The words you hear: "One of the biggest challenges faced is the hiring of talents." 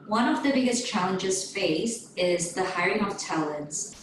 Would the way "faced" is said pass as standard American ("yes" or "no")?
no